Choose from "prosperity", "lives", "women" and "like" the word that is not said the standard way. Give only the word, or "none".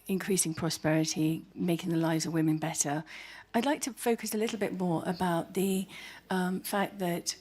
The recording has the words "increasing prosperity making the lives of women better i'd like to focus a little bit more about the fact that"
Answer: none